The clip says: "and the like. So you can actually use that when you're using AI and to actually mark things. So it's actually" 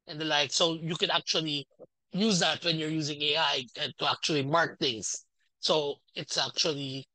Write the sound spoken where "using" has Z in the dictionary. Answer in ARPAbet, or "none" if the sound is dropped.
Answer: Z